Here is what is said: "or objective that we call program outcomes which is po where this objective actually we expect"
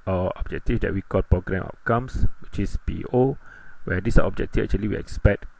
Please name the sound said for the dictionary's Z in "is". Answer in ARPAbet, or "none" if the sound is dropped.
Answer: S